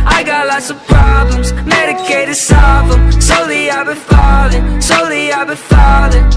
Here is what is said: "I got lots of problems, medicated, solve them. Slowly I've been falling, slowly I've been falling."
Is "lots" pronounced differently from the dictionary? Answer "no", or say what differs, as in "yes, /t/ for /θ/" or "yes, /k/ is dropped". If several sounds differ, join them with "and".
no